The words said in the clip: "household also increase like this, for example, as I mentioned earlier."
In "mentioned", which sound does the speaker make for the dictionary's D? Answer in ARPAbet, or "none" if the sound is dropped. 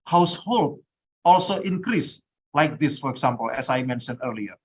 none